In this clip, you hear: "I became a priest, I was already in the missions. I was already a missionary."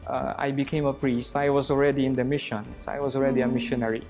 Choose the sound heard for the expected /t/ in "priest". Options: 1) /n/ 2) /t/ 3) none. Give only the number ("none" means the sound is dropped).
2